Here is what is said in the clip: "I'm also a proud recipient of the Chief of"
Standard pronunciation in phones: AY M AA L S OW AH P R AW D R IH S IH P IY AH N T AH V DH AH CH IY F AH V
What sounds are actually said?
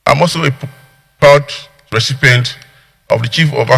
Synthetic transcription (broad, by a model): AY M AA L S OW AH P AW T R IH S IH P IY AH N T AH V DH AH CH IY F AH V